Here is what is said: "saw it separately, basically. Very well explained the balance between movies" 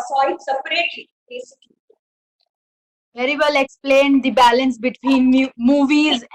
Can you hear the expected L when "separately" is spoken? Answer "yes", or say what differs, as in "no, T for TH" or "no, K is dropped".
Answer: no, L is dropped